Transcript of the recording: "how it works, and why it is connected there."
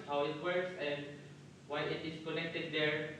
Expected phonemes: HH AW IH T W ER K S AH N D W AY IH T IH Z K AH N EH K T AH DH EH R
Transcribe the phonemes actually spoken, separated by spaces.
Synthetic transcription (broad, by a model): HH AW IH T W ER K S AH N D W AY IH T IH S K AH N EH K T AH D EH R